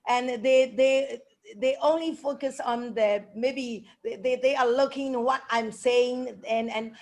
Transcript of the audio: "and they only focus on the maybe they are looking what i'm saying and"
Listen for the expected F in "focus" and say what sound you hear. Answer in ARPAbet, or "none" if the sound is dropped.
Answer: F